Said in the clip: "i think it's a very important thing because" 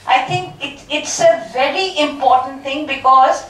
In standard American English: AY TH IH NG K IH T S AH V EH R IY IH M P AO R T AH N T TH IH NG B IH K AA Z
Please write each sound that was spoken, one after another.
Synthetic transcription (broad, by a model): AY T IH NG K IH T S AH V EH R IY IH M P AO R T AH N T T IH NG B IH K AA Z